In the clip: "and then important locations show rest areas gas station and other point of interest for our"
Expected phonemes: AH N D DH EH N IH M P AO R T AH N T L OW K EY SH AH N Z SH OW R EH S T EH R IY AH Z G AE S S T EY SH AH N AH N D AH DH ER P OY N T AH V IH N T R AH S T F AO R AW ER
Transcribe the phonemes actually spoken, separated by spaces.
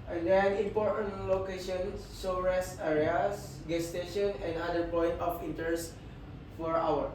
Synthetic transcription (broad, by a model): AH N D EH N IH M P AO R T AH N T L OW K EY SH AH N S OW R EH S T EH R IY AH S G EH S S T EY SH AH N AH N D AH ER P OY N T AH F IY N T AH S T F AO R AW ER